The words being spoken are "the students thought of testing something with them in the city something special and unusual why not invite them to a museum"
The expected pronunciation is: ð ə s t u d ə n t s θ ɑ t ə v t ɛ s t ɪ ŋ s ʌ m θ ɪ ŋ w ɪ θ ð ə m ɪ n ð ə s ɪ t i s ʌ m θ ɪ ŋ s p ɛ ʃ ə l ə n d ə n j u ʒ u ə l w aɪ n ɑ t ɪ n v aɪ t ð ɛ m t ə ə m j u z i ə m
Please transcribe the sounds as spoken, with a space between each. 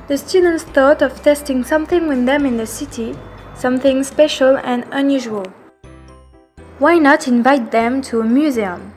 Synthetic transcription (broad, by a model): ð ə s t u d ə n t s θ ɑ t ə v t ɛ s t ɪ ŋ s ʌ m θ ɪ ŋ w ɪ ð ə m ɪ n ð ə s ɪ t i s ʌ m θ ɪ ŋ s p ɛ ʃ ə l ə n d ə n j u ʒ u ə l w aɪ n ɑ t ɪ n v aɪ t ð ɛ m t ə ə m j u z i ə m